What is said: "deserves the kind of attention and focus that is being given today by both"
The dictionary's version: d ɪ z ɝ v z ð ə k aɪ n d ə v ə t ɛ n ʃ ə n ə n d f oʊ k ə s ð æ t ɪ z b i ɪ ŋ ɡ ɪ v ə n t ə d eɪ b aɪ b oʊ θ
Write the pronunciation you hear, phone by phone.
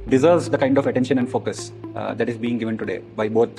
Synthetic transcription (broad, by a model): d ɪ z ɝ v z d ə k aɪ n d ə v ə t ɛ n ʃ ə n ə n d f oʊ k ə s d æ t ɪ z b i ɪ ŋ ɡ ɪ v ə n t ə d eɪ b aɪ b oʊ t